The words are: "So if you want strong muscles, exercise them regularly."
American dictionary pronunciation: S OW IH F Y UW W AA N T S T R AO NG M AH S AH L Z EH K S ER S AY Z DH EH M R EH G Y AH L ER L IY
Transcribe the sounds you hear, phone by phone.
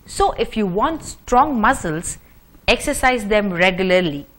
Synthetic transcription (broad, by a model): S OW IH F Y UW W AA N T S T R AO NG M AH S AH L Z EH K S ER S AY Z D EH M R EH G Y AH L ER L IY